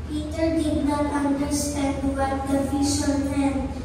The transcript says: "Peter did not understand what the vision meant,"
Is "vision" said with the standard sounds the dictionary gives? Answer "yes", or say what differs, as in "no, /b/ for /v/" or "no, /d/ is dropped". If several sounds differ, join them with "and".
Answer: no, /f/ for /v/ and /ʃ/ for /ʒ/